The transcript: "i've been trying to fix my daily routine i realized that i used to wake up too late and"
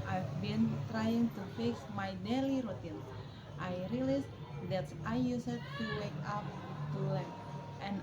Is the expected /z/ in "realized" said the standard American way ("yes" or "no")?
no